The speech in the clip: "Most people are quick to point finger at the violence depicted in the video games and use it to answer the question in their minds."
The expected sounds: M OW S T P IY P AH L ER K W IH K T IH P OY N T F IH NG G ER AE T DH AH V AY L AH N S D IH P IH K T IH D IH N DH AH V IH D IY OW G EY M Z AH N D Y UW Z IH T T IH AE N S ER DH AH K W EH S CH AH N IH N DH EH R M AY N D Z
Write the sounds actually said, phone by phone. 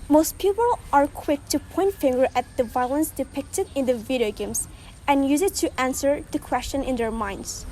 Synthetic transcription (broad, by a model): M OW S T P IY P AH L ER K W IH K T IH P OY N T F IH NG G ER AE T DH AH V AY L AH N S D IH P IH K T IH D IH N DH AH V IH D IY OW G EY M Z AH N Y UW Z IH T T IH AE N S ER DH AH K W EH S CH AH N IH N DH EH R M AY N D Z